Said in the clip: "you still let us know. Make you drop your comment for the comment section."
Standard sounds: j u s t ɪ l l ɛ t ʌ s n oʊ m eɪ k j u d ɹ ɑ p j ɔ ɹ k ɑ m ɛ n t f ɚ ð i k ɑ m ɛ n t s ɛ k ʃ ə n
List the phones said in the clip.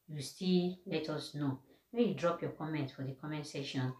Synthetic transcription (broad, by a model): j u s t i l l ɛ t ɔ s n oʊ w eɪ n j u d ɹ ɑ p j ɔ k ɑ m ɛ n t f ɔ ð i k ɑ m ɛ n t s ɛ ʃ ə n